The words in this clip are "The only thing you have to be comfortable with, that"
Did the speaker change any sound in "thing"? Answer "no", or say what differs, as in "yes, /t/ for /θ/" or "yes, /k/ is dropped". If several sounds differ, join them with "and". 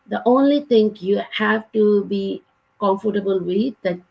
yes, /t/ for /θ/